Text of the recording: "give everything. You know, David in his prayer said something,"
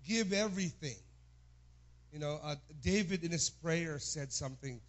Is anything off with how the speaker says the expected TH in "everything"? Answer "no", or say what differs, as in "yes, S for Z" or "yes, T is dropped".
no